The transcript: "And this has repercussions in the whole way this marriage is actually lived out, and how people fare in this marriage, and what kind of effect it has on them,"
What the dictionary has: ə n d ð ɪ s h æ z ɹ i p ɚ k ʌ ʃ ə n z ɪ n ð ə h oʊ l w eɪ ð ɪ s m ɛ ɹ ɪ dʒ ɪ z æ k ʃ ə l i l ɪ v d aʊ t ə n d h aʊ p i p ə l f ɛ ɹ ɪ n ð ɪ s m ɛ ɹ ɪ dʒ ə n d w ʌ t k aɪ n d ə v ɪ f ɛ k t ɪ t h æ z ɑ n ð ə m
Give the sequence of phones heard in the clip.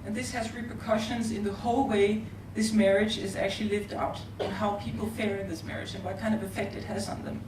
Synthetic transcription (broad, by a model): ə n ð ɪ s h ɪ z ɹ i p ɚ k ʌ ʃ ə n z ɪ n ð ə h oʊ l w eɪ ð ɪ s m ɛ ɹ ɪ dʒ ɪ z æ k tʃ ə l i l ɪ v d aʊ t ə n h aʊ p i p l f ɛ ɹ ɪ n ð ɪ s m ɛ ɹ ɪ dʒ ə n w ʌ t k aɪ n d ə v ɪ f ɛ k t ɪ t h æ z n ð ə m